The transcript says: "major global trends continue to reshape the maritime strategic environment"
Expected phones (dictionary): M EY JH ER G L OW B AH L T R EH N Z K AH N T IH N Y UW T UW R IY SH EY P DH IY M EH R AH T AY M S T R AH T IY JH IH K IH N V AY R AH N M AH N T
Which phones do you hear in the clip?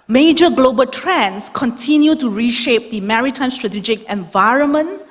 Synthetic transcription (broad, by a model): M EY JH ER G L OW B AH L T R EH N S K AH N T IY N Y UW T UW R IY SH EY P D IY M EH R AH T AY M S T R AH T IY JH IH K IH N V AY R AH N M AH N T